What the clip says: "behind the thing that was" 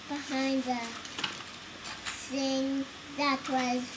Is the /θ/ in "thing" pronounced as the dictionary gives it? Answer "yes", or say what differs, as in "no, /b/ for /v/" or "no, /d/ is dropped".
no, /s/ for /θ/